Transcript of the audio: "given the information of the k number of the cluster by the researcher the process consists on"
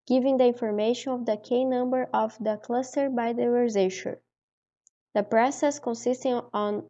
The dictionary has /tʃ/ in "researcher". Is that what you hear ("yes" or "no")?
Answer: no